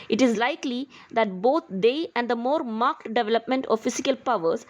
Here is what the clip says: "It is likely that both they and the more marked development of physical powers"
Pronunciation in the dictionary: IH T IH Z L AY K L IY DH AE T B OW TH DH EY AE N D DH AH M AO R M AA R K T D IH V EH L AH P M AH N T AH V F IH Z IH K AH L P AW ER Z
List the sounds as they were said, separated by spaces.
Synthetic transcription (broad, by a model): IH T IH Z L AY K L IY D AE T B OW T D EY AE N D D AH M AO R M AA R K T D IH V EH L AH P M AH N T AH V F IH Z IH K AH L P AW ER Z